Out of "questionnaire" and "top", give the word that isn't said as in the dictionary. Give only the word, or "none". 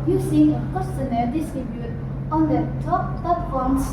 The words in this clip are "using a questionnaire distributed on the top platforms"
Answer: questionnaire